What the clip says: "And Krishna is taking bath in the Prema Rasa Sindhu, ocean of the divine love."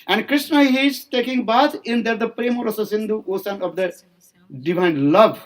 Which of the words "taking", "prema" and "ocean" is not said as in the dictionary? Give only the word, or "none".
ocean